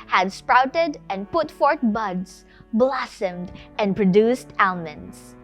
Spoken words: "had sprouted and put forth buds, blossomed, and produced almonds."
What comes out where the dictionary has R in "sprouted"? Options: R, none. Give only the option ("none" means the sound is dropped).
R